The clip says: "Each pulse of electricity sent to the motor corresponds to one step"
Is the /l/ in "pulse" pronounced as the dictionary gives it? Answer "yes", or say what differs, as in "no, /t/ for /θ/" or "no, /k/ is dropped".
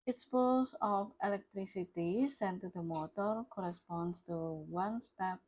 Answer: no, /l/ is dropped